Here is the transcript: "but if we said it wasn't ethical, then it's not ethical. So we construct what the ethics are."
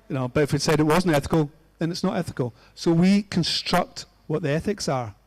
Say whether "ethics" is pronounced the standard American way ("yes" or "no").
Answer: yes